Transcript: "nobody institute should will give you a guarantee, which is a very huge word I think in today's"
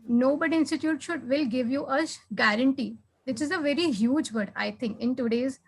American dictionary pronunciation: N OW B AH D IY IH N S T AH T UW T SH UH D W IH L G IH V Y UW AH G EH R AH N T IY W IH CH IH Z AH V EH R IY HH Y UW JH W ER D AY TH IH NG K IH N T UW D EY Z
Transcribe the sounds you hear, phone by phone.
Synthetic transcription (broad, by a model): N OW B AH D IY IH N S T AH T UW T SH UH D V IH L G IH V Y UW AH G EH R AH N T IY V IH CH IH Z AH V EH R IY HH Y UW JH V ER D AY T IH NG K IH N T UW D EY Z